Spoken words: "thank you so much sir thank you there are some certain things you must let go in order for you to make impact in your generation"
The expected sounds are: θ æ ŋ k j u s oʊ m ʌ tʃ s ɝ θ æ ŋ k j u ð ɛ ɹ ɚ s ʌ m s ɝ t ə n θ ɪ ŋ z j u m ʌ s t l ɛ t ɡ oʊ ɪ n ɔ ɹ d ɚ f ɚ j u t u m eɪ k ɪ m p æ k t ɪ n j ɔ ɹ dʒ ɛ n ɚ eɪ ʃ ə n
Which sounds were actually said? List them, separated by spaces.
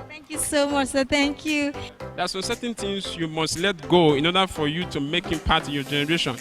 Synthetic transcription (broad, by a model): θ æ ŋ k j u s oʊ m ʌ tʃ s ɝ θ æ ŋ k j u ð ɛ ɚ s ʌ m s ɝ t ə n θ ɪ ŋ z j u m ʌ s t l ɛ t ɡ oʊ ɪ n ɔ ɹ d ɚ f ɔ j u t u m eɪ k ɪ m p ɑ t ɪ n j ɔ dʒ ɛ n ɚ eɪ ʃ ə n